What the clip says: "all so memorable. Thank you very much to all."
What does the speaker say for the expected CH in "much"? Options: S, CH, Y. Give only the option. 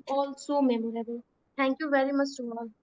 S